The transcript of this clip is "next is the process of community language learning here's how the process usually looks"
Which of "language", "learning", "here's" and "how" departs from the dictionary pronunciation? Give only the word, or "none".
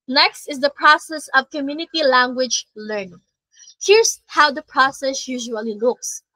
here's